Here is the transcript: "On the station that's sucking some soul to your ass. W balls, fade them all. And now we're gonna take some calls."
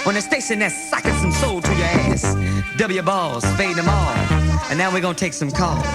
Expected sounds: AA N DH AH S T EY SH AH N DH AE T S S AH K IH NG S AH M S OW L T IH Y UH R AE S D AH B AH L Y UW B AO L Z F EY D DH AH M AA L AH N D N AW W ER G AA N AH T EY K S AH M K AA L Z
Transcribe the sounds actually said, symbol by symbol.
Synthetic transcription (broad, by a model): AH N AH S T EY S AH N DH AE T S S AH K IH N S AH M S OW L T IH Y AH R AE S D AH B L Y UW B AO L Z F EY D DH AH M AA L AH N N AW W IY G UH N T EY K S AH M K AA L